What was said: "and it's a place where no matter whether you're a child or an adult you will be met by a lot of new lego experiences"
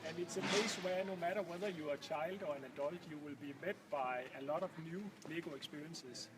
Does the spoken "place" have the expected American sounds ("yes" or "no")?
no